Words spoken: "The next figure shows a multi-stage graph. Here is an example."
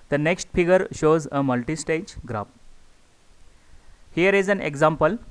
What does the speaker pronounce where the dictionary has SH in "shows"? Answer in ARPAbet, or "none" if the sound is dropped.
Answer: SH